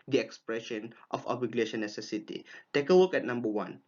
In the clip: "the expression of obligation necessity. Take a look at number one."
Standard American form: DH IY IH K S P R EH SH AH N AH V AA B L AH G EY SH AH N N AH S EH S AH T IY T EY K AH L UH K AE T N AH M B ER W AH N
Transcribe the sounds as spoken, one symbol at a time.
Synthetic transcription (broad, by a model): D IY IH K S P R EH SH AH N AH F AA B AH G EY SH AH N N AH S EH S AH T IY T EY K AH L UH K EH T N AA M B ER W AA N